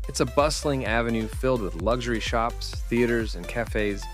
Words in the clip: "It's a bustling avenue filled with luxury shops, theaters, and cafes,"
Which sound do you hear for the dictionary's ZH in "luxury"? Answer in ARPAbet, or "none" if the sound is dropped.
ZH